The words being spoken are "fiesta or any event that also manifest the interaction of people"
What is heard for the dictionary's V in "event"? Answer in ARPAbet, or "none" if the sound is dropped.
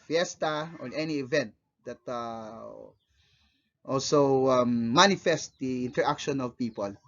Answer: V